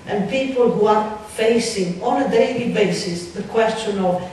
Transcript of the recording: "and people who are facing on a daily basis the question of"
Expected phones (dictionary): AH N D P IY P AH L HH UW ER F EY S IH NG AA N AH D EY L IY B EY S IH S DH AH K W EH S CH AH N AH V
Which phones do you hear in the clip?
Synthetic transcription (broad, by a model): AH N P IY P AH L HH UW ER F EY S IH NG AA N AH D EY L IY B EY S IH S DH AH K W EH S CH AH N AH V